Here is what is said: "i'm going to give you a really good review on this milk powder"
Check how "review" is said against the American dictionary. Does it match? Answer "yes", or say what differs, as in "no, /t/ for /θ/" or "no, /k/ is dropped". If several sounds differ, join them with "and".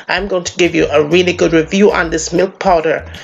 yes